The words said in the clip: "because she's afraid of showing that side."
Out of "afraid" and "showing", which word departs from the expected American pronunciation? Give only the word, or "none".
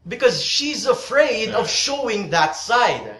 none